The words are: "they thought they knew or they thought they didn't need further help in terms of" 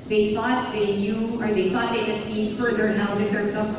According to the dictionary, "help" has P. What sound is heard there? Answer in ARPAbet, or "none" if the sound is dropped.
none